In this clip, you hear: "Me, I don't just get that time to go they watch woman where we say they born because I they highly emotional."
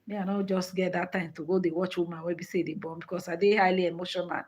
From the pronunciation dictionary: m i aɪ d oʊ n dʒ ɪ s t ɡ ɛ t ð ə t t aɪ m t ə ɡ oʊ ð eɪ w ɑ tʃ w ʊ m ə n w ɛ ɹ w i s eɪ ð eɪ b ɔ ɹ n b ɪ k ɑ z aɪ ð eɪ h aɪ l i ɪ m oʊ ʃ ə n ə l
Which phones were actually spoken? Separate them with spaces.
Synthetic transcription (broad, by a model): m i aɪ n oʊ dʒ ɪ s t ɡ ɛ t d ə t t aɪ m t ə ɡ oʊ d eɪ w ɑ tʃ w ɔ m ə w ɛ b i s eɪ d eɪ b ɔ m b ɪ k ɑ s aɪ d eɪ h aɪ l i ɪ m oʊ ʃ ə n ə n